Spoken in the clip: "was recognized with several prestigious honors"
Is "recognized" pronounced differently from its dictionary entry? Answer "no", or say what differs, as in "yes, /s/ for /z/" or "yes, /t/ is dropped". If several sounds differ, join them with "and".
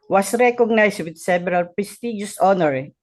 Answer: yes, /s/ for /z/